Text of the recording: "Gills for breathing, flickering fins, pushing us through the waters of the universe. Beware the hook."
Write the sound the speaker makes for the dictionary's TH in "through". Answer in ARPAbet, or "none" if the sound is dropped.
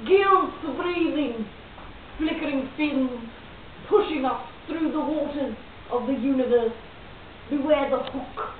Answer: TH